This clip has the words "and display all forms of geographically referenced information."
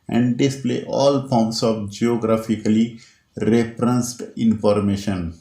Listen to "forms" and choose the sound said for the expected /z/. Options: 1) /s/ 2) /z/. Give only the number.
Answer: 1